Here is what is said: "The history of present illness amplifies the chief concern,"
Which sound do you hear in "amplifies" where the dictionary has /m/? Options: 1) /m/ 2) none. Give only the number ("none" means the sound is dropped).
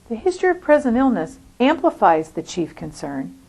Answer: 1